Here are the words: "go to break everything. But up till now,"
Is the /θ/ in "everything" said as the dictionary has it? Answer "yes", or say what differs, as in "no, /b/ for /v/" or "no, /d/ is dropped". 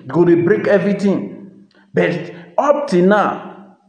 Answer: no, /t/ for /θ/